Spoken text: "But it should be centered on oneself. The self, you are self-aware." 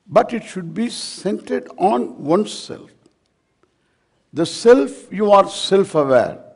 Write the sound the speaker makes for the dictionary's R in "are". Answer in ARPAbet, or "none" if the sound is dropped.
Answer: R